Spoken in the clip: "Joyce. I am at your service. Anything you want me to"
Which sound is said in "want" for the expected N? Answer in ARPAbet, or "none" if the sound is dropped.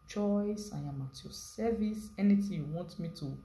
N